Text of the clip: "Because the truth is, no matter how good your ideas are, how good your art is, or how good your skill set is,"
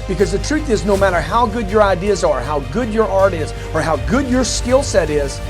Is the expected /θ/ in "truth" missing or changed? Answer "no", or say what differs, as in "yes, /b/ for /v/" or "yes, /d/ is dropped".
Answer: no